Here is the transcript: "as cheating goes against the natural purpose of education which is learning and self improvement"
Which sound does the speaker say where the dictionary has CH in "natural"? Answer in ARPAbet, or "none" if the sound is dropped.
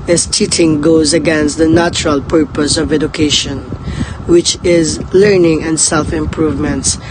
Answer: CH